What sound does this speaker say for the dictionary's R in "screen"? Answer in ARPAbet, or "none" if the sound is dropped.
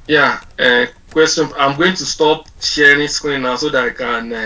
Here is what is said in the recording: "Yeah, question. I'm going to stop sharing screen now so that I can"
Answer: none